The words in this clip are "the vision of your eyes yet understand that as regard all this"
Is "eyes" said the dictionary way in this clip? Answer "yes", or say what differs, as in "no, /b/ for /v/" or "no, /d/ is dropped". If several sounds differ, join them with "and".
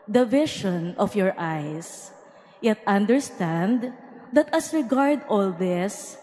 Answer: no, /s/ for /z/